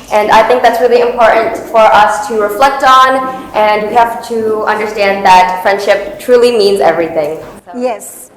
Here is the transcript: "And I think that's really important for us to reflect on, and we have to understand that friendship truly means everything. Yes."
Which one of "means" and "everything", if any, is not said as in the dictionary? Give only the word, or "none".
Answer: none